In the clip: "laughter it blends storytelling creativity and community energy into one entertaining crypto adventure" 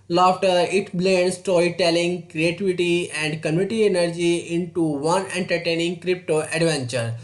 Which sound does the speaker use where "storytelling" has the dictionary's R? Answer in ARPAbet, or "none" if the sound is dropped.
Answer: none